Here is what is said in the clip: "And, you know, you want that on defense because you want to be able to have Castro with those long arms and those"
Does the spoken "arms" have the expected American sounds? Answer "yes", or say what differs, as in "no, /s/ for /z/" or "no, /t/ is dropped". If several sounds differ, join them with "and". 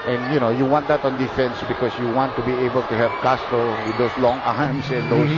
no, /s/ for /z/